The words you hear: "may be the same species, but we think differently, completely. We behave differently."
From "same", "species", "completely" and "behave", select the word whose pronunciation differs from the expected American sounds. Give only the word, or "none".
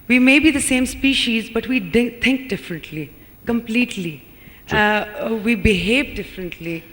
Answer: none